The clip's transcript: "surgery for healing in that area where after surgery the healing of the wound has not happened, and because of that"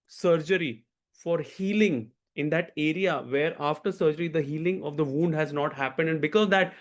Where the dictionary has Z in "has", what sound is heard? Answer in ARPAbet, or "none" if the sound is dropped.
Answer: Z